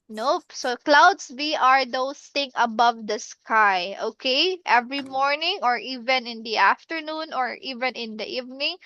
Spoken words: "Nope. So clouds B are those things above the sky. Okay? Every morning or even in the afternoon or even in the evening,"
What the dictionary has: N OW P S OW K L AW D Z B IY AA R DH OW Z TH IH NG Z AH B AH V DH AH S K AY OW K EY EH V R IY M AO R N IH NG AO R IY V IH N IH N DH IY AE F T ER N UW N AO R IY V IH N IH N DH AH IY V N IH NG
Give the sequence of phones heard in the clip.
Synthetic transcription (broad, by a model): N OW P S OW K L AW D S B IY AA R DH OW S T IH NG AH B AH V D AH S K AY OW K EY EH V R IY M AO R N IH NG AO R IY V IH N IH N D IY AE F T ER N UW N AO R IY V IH N IH N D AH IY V N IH NG